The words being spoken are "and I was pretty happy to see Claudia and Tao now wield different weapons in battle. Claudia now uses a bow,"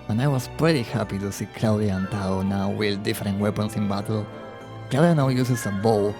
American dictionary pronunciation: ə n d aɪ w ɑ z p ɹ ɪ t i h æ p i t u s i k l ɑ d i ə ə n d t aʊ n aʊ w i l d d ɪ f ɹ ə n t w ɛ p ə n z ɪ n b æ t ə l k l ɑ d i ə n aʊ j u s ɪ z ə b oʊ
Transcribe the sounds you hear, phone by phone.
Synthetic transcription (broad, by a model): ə n aɪ w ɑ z p ɹ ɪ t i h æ p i t u s i k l ɑ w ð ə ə n t aʊ n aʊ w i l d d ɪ f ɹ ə n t w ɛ p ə n s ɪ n b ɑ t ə l k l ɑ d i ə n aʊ j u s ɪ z ə b oʊ